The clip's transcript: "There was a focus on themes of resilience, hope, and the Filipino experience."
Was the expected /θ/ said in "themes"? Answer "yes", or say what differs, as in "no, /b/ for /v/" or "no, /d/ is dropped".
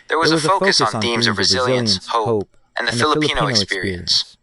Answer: yes